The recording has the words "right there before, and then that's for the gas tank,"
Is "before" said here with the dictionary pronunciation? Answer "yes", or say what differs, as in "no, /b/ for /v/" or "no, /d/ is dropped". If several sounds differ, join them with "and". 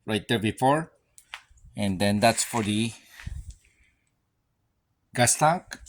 yes